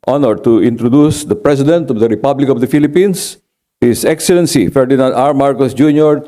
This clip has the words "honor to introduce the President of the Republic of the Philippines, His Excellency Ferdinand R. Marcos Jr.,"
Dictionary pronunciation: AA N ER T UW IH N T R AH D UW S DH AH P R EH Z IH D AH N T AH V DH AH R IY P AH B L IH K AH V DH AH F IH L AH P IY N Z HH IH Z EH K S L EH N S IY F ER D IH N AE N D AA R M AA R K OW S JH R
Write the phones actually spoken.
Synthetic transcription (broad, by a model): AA N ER T UW IH N T R AH D UW S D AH P R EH S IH D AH N T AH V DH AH R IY P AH B L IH K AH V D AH F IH L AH P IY N S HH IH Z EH K S L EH N S IY F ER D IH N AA N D AA R M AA R K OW S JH R